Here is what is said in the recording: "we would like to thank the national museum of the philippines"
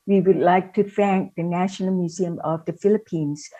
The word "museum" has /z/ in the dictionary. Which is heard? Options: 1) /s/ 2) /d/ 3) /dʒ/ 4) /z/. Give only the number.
4